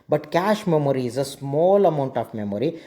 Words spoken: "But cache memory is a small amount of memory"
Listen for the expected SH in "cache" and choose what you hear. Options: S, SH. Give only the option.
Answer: SH